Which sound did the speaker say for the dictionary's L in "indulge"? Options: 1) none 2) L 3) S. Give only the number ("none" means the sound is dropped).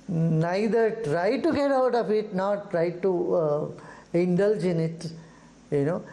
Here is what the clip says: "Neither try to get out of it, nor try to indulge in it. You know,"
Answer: 2